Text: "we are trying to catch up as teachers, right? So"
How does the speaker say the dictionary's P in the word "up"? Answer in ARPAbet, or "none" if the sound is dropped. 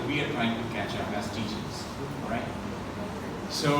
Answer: B